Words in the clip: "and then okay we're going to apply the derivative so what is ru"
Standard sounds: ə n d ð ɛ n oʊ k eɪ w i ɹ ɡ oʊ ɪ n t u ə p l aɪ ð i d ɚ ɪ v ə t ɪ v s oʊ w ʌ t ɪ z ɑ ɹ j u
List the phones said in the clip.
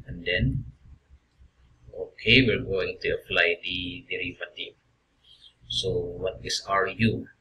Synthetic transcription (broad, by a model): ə n d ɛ n oʊ k eɪ w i l ɡ oʊ ɪ n t u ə f l aɪ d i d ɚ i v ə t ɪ s oʊ w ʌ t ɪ s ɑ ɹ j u